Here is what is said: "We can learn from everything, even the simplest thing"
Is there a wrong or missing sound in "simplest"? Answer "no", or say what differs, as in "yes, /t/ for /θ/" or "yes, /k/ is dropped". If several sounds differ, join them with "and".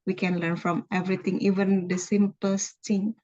yes, /l/ is dropped